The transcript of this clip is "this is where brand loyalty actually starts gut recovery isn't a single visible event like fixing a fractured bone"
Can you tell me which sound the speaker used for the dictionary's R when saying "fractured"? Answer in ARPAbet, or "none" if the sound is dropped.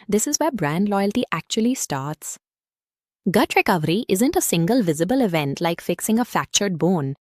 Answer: none